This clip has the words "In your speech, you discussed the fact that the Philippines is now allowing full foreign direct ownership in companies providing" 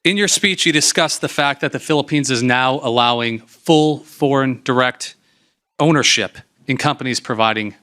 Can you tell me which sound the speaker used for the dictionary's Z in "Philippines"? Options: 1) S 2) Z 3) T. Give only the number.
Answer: 2